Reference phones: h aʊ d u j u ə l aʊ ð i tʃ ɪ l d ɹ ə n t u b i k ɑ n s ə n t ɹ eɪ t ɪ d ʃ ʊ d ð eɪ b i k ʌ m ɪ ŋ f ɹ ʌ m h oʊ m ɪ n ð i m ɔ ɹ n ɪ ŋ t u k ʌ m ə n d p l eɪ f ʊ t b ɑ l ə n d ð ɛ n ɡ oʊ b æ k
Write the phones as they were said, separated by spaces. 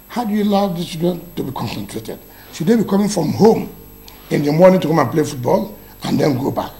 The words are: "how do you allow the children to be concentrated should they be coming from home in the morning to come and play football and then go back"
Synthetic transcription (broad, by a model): h aʊ d u j u l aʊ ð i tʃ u d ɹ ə n t u b i k ɑ n s ə n t ɹ eɪ t ɪ d s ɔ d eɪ b i k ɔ m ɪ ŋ f ɹ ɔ m h oʊ m ɪ n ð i m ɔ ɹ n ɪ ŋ t u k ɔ m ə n p l eɪ f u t b ɑ l ə n d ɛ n ɡ oʊ b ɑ k